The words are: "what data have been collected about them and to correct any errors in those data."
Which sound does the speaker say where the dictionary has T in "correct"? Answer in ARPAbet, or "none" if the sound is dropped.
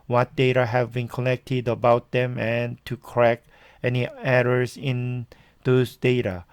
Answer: none